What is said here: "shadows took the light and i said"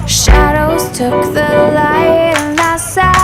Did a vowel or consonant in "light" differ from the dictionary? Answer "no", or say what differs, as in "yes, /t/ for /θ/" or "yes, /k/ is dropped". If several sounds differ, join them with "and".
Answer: yes, /t/ is dropped